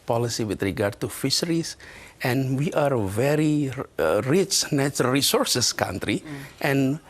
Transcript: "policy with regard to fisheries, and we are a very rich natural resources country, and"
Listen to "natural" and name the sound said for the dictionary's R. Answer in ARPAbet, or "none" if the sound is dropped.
none